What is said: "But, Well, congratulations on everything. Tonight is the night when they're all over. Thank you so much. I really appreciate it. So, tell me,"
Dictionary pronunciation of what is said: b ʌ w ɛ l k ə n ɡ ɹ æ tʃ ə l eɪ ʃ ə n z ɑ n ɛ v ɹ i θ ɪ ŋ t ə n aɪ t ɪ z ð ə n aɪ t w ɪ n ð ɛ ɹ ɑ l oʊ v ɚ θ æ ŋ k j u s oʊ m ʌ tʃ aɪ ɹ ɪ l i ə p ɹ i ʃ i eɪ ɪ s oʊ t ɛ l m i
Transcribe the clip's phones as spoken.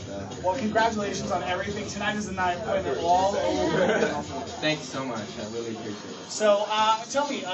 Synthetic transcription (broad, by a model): w ɛ l k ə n ɡ ɹ æ tʃ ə l eɪ ʃ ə n z n ɛ v ɹ i θ ɪ ŋ t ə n aɪ t ɪ z ð ə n aɪ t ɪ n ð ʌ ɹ ɑ l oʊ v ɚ θ æ ŋ k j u s oʊ m ʌ tʃ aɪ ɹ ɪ l i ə ɹ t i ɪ s oʊ t ɛ l m i